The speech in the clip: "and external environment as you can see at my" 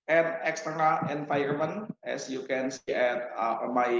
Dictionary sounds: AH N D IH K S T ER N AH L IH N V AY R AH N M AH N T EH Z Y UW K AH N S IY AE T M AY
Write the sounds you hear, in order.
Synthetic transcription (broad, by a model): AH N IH K S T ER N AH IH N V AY AH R M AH N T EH S Y UW K AH N S IY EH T M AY